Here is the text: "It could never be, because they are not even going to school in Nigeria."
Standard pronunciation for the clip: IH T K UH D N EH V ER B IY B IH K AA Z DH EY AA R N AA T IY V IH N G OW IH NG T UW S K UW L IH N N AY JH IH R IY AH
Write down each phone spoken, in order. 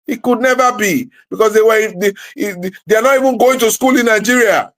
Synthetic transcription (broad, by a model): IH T K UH D N EH V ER B IY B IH K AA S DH EY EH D N AA T IY V IH N G OW IH NG T UW S K UW L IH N N AY JH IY R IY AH